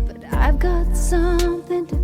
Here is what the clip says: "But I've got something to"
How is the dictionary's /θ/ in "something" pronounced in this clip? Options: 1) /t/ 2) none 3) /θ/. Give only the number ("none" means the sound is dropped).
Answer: 3